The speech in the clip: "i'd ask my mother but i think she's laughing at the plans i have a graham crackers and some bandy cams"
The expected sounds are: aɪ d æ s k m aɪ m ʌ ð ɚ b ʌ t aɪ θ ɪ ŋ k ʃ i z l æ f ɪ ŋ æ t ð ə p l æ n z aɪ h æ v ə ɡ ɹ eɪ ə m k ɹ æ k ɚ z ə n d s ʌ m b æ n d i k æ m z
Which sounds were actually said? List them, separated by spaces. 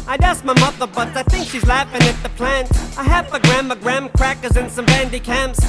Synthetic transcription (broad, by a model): aɪ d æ s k m aɪ m ʌ ð ɚ b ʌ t aɪ θ ɪ ŋ k ʃ i z l æ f ɪ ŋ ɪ t ð ə p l æ n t aɪ h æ p ə ɡ ɹ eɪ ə m k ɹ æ k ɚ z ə n s ʌ m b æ n d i k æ m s